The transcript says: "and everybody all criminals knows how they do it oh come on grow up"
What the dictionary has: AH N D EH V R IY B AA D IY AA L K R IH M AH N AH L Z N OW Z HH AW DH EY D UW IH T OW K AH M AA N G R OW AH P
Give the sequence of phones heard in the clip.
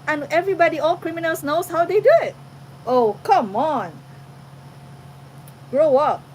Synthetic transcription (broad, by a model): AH N EH V R IY B AA D IY AA L K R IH M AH N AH L S N OW S HH AW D EY D UW IH T OW K AH M AA N G R OW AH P